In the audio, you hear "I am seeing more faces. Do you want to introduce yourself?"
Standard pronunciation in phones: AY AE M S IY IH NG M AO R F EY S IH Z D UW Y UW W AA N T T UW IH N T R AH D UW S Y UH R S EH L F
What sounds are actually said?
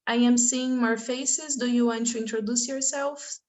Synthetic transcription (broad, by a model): AY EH M S IY IH NG M AO R F EY S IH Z D UW Y UW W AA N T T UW IH N T R AH D UW S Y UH R S EH L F